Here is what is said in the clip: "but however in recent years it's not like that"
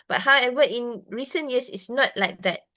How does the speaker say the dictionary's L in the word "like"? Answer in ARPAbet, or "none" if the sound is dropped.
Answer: L